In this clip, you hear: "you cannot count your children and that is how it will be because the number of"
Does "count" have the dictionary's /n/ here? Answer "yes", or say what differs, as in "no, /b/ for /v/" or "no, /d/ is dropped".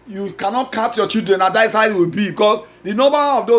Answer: no, /n/ is dropped